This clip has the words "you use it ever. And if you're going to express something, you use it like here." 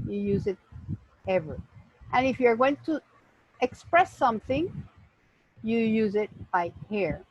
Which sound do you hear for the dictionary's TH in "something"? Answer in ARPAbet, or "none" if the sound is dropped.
TH